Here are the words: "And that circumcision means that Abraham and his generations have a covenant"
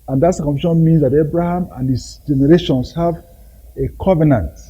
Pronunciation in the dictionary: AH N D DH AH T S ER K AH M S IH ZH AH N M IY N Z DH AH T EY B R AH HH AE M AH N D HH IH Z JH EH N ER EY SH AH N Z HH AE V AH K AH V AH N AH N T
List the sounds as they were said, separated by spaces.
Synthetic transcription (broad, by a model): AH N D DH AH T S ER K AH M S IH SH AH N M IY N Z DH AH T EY B R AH HH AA M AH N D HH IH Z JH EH N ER EY SH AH N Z HH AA V AH K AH V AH N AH N T